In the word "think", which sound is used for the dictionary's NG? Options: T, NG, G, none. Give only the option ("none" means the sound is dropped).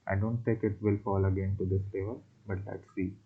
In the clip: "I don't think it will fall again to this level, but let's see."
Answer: none